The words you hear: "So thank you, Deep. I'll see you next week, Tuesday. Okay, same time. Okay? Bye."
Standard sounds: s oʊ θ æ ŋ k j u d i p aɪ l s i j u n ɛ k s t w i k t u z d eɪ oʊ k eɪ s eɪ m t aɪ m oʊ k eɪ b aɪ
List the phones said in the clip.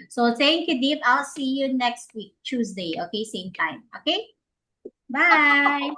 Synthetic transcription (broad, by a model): s oʊ s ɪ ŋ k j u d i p aɪ l s i j u n ɛ k s t w i k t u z d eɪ oʊ k eɪ s eɪ m t aɪ m oʊ k eɪ b aɪ